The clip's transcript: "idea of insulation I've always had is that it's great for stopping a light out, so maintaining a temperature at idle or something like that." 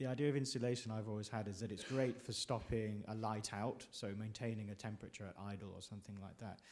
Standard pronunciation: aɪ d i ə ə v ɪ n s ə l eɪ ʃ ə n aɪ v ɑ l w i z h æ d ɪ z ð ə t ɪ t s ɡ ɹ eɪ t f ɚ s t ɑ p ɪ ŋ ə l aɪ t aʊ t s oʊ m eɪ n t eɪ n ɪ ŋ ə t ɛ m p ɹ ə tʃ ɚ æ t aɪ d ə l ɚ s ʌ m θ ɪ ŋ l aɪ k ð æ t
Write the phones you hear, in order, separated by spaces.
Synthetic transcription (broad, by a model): aɪ d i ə ə v ɪ n s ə l eɪ ʃ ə n aɪ v ɑ l w i z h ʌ d ɪ z ð ə t ɪ t s ɡ ɹ eɪ t f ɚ s t ɑ p ɪ ŋ ə l aɪ t aʊ t s oʊ m eɪ n t eɪ n ɪ ŋ ə t ɛ m p ɹ ə tʃ ɚ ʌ t aɪ d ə l ɚ s ʌ m θ ɪ ŋ l aɪ k ð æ t